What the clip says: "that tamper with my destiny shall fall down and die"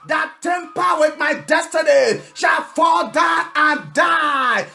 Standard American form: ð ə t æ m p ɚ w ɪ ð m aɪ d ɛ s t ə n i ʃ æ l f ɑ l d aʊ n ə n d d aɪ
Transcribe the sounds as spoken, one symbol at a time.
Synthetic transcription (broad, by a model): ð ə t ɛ m p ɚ w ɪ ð m aɪ d ɛ s t ə n i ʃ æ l f ɑ l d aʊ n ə n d d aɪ